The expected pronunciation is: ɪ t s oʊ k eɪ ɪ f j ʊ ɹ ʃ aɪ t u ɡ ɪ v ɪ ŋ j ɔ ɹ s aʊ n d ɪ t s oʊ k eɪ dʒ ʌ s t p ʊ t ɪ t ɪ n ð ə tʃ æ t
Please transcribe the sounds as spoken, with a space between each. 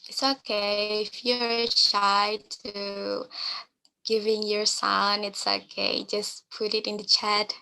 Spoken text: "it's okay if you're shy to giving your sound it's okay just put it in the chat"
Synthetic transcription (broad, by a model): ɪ t s oʊ k eɪ ɪ f j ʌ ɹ ʃ aɪ t u ɡ ɪ v ɪ ŋ j ɔ ɹ s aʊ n ɪ t s oʊ k eɪ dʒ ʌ s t p ʊ t ɪ t ɪ n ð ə tʃ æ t